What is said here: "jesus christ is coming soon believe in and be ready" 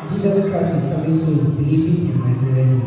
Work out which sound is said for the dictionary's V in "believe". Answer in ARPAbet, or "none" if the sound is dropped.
F